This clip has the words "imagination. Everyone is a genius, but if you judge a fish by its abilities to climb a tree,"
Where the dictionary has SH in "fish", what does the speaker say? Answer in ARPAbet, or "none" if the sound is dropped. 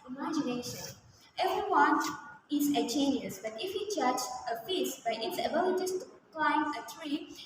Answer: S